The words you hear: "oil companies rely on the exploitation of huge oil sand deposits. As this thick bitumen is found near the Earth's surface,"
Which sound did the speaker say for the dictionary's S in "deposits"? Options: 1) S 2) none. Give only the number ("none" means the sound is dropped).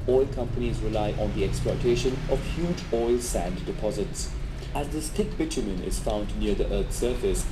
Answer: 1